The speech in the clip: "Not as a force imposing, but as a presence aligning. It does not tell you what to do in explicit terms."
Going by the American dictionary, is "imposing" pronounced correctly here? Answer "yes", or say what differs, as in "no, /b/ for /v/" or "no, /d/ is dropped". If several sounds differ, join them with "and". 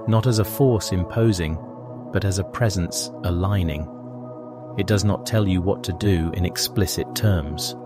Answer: yes